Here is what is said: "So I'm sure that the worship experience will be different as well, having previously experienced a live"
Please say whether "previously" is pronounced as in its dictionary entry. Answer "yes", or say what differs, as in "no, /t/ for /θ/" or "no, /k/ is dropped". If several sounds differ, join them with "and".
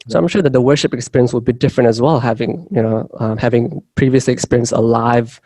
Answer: yes